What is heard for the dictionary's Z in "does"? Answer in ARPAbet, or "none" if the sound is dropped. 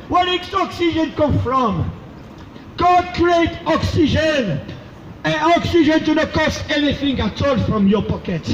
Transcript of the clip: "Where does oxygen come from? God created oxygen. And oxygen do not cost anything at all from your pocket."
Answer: S